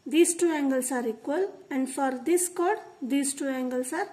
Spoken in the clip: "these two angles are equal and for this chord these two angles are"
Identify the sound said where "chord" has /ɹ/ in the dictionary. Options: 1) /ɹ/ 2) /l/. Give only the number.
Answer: 1